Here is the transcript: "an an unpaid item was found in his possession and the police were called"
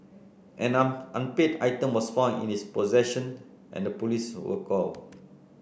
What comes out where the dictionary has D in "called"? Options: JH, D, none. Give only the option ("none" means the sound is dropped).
none